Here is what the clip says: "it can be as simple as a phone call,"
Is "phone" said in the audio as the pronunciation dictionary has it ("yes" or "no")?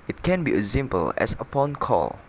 no